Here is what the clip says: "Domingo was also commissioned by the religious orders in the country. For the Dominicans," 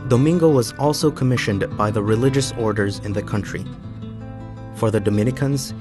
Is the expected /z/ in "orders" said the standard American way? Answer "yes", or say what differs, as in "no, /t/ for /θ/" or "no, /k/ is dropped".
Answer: yes